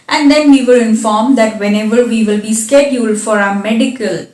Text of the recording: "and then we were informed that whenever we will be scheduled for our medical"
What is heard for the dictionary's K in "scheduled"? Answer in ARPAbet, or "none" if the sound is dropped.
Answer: K